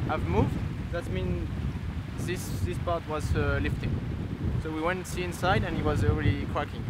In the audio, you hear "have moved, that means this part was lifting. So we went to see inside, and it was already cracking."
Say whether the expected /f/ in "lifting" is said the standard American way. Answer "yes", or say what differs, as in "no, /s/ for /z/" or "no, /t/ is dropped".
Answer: yes